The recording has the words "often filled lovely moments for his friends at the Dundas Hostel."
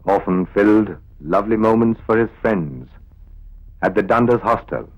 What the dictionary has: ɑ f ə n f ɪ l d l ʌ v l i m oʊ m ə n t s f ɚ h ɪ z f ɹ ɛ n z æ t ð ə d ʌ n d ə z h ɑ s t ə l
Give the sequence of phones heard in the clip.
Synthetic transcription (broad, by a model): ɑ f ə n f ɪ l d l ʌ v l i m oʊ m ə n t s f ɚ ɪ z f ɹ ɛ n z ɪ t ð ə d ʌ n d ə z h ɑ s t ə l